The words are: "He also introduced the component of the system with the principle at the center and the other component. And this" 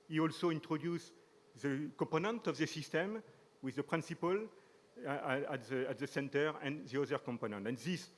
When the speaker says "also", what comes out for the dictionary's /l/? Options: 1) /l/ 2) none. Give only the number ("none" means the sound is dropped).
1